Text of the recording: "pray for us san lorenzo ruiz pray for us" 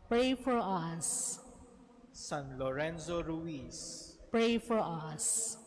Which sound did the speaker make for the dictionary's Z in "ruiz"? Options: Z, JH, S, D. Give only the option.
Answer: S